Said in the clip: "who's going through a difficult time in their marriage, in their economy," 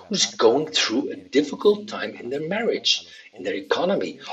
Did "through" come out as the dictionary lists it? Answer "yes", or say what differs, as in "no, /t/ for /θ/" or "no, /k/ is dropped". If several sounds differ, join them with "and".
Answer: yes